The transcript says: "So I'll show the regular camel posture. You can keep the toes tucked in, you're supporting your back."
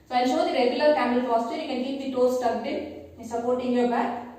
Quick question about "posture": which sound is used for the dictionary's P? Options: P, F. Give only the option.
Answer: F